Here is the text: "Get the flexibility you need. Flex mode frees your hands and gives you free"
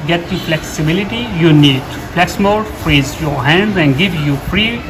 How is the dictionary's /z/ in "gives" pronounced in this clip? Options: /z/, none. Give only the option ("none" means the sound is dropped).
none